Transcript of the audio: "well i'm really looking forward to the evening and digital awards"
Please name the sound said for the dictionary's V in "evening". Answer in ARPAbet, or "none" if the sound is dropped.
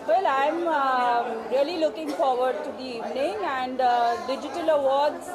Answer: V